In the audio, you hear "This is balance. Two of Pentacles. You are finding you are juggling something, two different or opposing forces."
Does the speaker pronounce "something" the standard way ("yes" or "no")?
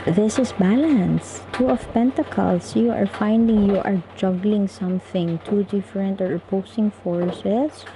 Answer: yes